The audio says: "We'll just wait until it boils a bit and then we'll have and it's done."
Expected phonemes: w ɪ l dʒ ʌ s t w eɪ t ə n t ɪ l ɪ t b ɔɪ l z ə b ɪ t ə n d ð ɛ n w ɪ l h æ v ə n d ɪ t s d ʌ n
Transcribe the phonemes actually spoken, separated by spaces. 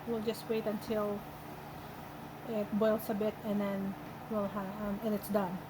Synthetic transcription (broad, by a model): w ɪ l dʒ ʌ s t w eɪ t ə n t ɪ l ɪ t b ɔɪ l s ə b ɪ t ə n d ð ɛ n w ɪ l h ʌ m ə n ɪ t s d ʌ n